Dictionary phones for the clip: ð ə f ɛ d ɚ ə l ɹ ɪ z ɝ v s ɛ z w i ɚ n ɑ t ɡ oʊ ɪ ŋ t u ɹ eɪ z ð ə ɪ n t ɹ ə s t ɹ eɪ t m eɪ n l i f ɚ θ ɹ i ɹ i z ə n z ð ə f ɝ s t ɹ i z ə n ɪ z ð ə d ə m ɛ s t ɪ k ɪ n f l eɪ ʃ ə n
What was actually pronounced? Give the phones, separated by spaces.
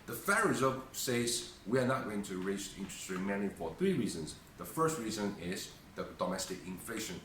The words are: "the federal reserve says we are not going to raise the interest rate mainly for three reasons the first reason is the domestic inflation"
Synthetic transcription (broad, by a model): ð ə f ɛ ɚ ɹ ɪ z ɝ p s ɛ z w i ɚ n ɑ t ɡ oʊ ɪ ŋ t u ɹ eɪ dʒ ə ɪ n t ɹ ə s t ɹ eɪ m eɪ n i f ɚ θ ɹ i ɹ i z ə n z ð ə f ɝ s t ɹ i z ə n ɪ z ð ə d ə m ɛ s t ɪ k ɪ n f l eɪ ʃ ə n